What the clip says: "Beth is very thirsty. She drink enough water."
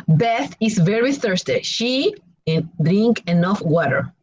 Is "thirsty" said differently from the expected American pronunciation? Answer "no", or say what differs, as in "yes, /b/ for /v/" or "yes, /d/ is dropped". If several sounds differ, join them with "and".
no